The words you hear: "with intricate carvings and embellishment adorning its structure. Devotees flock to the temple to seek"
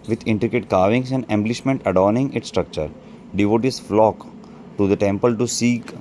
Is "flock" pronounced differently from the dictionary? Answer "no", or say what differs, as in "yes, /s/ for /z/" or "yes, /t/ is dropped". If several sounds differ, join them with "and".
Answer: no